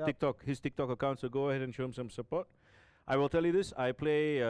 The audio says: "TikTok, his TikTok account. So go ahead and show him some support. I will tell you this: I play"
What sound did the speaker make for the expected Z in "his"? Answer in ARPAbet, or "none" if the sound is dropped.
S